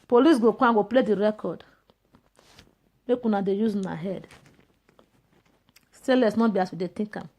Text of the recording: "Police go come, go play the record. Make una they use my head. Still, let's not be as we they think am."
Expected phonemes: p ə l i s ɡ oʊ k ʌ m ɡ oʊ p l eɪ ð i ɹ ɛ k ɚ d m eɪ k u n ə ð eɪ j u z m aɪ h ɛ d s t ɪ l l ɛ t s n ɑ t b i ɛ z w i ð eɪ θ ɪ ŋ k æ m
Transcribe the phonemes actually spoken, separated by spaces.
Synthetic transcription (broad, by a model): p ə l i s ɡ oʊ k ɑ ɡ oʊ p l eɪ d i ɹ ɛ k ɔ d m eɪ k u n ə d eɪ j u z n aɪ h ɛ d s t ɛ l l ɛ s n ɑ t b i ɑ s w i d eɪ t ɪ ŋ k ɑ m